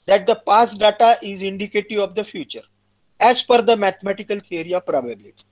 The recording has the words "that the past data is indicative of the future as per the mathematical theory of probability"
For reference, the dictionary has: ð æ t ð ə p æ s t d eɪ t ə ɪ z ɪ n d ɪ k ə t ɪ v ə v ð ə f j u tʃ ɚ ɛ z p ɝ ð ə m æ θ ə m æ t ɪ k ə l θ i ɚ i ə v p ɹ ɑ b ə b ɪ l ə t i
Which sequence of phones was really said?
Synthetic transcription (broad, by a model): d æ t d ə p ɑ s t d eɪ t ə ɪ z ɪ n d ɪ k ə t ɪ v ə v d ə f j u tʃ ɚ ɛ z f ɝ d ə m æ t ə m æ t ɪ k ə l t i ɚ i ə p ɹ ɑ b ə b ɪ l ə t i